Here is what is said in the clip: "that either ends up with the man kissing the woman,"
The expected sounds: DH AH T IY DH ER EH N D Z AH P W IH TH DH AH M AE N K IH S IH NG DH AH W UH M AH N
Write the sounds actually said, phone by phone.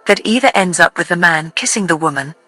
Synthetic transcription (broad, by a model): DH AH T IY DH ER EH N D Z AH P W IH DH AH M AE N K IH S IH NG DH AH W UH M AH N